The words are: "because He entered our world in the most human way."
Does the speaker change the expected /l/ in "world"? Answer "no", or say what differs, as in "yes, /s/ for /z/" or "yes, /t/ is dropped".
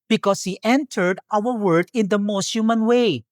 yes, /l/ is dropped